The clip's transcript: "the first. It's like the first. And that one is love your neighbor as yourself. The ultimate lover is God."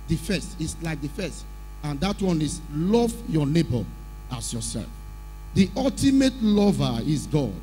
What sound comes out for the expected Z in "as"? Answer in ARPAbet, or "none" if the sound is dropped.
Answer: S